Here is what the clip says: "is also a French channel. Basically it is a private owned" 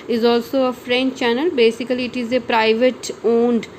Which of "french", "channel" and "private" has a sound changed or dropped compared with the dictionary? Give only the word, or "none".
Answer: none